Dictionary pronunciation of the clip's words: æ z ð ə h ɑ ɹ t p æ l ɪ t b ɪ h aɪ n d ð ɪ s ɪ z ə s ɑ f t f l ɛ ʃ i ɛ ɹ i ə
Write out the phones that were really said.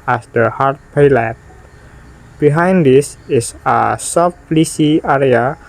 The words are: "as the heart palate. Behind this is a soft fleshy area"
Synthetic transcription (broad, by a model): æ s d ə h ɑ ɹ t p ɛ l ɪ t b ɪ h aɪ n d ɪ s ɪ s ə s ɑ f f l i s i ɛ ɹ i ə